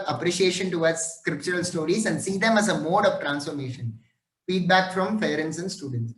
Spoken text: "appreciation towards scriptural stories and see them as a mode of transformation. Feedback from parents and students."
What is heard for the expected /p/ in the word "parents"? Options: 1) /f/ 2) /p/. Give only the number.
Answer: 1